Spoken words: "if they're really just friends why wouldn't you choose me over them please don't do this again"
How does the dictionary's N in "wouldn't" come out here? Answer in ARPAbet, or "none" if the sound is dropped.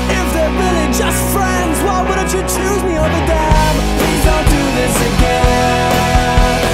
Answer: none